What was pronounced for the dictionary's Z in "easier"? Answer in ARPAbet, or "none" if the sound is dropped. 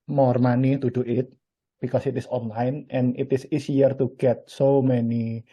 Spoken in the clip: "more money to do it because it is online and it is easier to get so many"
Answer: S